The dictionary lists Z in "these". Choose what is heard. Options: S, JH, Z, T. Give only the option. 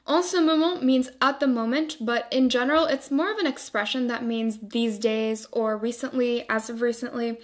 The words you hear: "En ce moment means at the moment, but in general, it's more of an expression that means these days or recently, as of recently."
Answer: Z